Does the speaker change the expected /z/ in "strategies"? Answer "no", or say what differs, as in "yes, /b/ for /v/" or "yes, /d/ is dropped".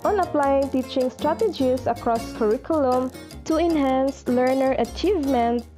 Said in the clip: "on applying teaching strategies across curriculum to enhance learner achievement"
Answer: yes, /s/ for /z/